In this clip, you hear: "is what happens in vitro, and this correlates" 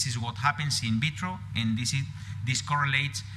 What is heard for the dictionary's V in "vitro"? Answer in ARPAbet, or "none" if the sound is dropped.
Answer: B